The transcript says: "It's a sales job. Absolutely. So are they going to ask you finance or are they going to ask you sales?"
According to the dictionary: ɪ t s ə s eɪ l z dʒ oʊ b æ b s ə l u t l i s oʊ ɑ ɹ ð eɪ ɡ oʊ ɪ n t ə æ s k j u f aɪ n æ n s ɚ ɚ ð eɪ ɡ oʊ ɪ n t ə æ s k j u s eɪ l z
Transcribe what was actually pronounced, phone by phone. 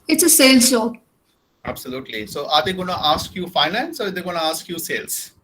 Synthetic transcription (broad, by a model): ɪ t s ə s eɪ l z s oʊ æ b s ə l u t l i s oʊ ɑ ɹ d eɪ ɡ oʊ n t ə s k j u f aɪ n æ n s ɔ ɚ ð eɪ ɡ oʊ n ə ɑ s k j u s eɪ l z